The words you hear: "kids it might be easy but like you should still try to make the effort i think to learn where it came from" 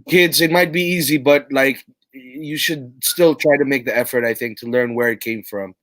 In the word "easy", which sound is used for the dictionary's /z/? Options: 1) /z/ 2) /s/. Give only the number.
1